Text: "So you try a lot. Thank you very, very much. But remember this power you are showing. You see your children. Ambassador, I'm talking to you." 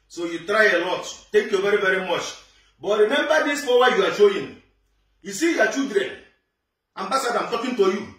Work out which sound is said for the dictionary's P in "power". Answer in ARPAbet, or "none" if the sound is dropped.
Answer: F